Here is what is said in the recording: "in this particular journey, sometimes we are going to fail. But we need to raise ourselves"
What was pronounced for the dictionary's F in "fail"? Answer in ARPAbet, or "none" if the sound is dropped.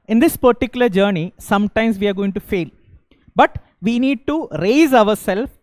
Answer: F